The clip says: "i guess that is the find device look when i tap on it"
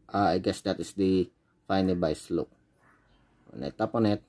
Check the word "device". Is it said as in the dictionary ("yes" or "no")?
no